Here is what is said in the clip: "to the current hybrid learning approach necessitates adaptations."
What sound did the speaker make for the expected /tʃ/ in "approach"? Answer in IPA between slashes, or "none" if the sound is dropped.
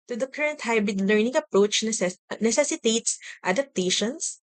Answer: /tʃ/